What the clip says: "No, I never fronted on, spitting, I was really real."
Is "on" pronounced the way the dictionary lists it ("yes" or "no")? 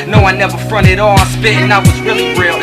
no